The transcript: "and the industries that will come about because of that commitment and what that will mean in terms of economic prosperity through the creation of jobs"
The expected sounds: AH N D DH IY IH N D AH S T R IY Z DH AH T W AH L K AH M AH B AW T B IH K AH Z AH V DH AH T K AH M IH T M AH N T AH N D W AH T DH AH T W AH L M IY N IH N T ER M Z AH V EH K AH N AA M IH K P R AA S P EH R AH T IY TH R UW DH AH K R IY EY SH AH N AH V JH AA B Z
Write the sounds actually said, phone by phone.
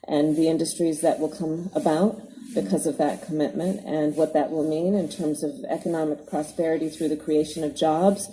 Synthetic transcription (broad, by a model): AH N DH IY IH N D AH S T R IY Z DH AH T W AH L K AH M AH B AW T B IH K AH Z AH V DH AH T K AH M IH T M AH N T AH N W AH T DH AH T W AH L M IY N IH N T ER M Z AH V EH K AH N AA M IH K P R AA S P EH R AH T IY TH R UW DH AH K R IY EY SH AH N AH V JH AA B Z